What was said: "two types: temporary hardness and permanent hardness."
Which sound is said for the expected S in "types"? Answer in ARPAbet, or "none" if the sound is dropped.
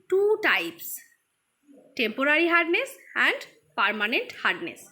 S